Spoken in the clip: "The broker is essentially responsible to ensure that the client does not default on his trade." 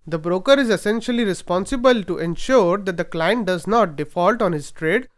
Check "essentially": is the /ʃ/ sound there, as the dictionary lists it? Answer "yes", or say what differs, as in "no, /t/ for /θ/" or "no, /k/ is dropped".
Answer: yes